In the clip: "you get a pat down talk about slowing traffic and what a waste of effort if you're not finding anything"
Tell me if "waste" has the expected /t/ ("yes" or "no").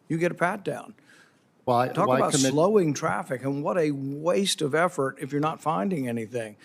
yes